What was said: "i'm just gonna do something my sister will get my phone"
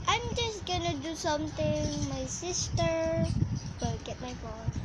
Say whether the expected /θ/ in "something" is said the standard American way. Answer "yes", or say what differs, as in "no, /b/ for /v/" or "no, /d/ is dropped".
no, /t/ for /θ/